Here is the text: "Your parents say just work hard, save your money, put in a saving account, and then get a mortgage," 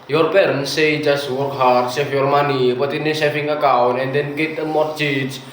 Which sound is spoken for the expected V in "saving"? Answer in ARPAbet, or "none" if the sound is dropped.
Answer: F